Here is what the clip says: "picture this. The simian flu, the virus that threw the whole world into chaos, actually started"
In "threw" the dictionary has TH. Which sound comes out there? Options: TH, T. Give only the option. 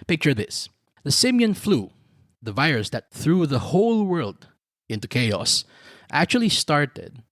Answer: TH